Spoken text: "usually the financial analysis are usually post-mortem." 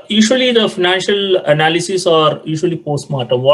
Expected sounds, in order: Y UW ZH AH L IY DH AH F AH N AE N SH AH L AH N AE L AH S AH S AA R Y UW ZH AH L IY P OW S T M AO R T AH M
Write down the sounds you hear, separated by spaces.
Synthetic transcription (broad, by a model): Y UW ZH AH L IY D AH F AH N AE N SH AH L AH N AE L AH S AH S AA R Y UW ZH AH L IY P OW S T M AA R T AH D